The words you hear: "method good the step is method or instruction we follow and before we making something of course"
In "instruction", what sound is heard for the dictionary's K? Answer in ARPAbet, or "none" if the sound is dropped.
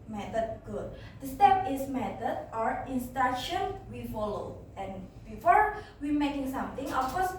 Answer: none